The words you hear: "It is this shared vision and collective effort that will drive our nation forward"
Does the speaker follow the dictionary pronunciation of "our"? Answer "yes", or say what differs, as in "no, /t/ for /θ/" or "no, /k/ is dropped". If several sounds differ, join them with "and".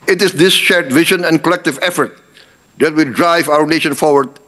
yes